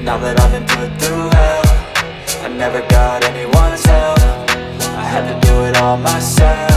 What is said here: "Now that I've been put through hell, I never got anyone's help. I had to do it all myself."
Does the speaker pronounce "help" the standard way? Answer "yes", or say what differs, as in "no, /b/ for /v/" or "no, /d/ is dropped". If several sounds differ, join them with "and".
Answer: no, /p/ is dropped